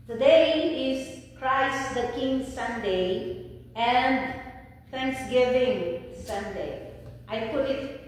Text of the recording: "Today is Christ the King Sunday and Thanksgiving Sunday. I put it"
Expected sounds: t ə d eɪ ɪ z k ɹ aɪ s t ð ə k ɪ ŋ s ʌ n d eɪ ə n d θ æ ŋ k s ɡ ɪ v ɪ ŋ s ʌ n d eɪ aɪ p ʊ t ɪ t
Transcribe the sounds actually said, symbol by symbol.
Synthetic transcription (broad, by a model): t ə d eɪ ɪ z k ɹ aɪ s t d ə k ɪ ŋ s ʌ n d eɪ ə n d f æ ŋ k s ɡ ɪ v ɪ ŋ s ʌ n d eɪ aɪ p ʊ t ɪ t